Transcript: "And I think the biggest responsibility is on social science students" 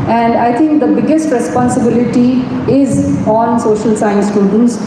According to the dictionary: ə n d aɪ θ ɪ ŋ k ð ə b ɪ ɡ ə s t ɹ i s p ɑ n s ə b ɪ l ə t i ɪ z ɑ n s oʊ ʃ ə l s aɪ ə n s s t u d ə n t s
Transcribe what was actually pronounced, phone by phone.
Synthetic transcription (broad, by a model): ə n d aɪ t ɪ ŋ k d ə b ɪ ɡ ə s t ɹ i s p ɑ n s ə b ɪ l ə t i ɪ z ɑ n s oʊ ʃ ə l s aɪ ə n s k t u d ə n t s